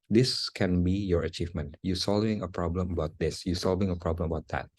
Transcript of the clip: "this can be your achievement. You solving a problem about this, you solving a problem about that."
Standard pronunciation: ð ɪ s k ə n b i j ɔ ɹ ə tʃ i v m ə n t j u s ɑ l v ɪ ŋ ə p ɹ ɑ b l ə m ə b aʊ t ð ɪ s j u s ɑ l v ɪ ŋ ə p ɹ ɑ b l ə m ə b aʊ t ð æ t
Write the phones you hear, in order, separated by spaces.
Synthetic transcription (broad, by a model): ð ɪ s k ə n b i j ɔ ɹ ə tʃ i v m ə n t j u s ɑ l v ɪ ŋ ə p ɹ ɑ b l ə m ə b aʊ t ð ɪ s j u s ɑ l v ɪ ŋ ə p ɹ ɑ b l ə m ə b aʊ t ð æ t